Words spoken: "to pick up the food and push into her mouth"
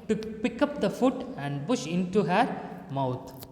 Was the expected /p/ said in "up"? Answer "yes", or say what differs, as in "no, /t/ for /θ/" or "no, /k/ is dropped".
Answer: yes